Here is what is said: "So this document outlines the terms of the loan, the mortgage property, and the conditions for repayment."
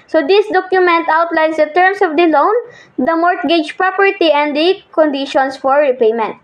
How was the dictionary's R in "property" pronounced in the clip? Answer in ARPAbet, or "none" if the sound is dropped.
R